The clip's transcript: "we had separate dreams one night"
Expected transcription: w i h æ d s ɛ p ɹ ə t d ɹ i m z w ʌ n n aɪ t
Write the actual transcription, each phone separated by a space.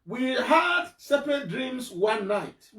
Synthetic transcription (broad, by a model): w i h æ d s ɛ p ə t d ɹ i m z w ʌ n n aɪ t